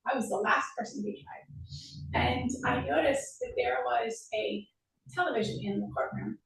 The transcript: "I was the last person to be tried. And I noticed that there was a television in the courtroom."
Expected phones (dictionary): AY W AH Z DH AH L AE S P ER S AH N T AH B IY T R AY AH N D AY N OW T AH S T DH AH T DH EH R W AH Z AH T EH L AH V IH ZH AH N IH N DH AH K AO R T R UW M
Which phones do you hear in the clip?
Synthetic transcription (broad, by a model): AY W AH Z DH AH L AE S P ER S AH N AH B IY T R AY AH N AY N OW T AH S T DH AH T DH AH R W AH Z AH T EH L AH V IH ZH AH N IH N DH AH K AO R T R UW M